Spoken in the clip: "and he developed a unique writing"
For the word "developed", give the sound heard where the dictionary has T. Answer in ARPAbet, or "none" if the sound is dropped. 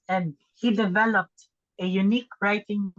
T